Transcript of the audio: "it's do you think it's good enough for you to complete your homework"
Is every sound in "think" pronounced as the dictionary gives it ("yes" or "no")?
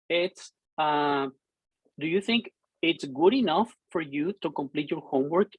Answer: yes